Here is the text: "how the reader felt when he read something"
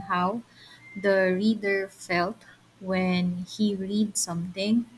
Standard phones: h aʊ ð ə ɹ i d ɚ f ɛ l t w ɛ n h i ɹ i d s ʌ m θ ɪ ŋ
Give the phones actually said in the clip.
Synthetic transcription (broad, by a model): h aʊ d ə ɹ i d ɚ f ɛ l t w ɛ n h i ɹ i d s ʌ m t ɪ ŋ